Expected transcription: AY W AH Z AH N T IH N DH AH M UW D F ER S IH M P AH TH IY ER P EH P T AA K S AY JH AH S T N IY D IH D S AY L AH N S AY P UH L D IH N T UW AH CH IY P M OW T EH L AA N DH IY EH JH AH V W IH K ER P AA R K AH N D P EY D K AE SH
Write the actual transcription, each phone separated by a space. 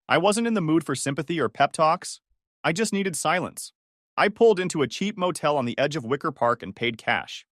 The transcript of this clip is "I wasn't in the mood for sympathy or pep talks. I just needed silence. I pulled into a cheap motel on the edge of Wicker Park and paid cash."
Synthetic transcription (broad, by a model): AY W AH Z AH N T IH N DH AH M UW D F ER S IH M P AH TH IY ER P EH P T AA K S AY JH AH S T N IY D IH D S AY L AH N S AY P UH L D IH N T UW AH CH IY P M OW T EH L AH N DH IY EH JH AH V W IH K ER P AA R K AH N P EY D K AE SH